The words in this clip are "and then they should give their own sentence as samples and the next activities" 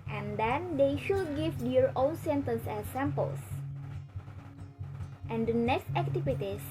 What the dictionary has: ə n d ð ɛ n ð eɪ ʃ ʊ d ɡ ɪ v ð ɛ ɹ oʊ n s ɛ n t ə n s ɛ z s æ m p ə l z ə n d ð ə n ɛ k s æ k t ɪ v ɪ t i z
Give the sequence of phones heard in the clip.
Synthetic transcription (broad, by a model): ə n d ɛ n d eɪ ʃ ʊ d ɡ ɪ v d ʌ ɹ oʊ l s ɛ n t ə n s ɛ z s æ m p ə l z ə n d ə n ɛ k s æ k t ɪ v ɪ t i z